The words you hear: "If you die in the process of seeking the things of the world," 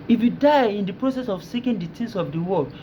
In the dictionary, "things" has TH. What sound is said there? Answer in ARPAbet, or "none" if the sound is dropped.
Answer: T